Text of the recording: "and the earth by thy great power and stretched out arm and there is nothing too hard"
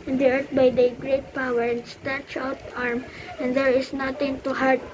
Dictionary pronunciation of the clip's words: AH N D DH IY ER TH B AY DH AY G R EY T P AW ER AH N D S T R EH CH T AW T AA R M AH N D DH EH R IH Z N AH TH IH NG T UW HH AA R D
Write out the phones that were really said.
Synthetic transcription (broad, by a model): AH N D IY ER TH B AY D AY G R EY T P AW ER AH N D S T EH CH AW T AA R M AH N D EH R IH S N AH T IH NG T UW HH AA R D